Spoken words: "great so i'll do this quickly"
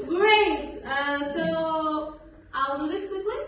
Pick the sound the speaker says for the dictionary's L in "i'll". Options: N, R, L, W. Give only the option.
L